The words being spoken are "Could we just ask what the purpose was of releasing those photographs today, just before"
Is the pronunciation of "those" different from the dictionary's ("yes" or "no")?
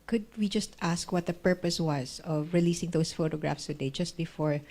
yes